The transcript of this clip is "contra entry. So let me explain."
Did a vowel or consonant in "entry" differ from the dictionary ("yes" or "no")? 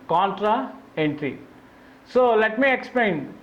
no